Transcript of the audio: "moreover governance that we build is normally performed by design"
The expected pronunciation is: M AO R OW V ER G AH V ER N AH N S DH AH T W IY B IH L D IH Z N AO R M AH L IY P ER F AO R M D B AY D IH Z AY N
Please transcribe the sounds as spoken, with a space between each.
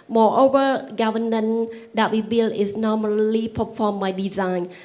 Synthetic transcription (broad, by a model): M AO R OW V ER G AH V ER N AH N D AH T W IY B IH L IH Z N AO M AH L IY P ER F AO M B AY D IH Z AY N